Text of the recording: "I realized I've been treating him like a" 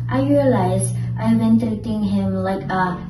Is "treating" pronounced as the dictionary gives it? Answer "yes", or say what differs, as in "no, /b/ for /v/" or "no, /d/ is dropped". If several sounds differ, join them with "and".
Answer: no, /ɹ/ is dropped